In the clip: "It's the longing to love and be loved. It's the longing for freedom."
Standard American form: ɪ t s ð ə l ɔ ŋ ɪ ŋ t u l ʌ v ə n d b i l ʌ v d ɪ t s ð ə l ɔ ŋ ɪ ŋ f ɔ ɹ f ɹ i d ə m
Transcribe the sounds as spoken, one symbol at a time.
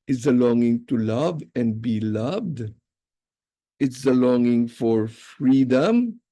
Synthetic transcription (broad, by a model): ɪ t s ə l ɔ ŋ ɪ ŋ t u l ʌ v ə n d b i l ʌ v d ɪ t s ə l ɔ ŋ ɪ ŋ f ɔ ɹ f ɹ i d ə m